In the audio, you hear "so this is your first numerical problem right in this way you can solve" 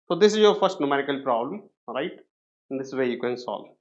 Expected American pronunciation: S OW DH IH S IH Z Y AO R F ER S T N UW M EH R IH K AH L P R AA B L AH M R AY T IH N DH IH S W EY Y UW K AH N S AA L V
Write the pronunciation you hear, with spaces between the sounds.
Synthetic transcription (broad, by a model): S OW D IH S IH Z Y AO R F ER S T N UW M EH R IH K AH L P R AA B L AH M R AY T IH N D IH S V EY Y UW K AH N S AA L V